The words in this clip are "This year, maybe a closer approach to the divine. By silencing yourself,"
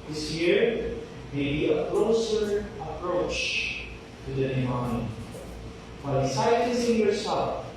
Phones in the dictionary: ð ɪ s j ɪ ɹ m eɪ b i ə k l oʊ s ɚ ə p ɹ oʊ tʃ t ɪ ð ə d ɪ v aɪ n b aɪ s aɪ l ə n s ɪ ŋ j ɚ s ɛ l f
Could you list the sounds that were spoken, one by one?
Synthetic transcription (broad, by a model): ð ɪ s j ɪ ɹ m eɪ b i ə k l oʊ s ɚ ə p ɹ oʊ tʃ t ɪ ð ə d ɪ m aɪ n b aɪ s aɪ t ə s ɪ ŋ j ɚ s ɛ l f